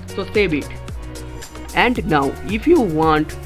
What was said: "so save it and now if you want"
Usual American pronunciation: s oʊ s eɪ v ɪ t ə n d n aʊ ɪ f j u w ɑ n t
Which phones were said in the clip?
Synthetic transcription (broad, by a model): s oʊ s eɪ b ɪ t ə n d n aʊ ɪ f j u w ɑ n t